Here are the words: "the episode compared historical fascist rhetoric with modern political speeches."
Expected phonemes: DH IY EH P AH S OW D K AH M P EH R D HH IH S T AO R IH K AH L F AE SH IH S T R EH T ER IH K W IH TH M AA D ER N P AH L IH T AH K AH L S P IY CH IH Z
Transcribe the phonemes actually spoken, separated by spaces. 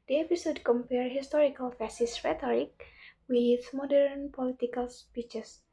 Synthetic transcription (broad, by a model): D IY EH P AH S OW D K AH M P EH R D HH IH S T AO R IH K AH L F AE S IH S R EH T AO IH K W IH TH M AA D ER N P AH L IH T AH K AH L S P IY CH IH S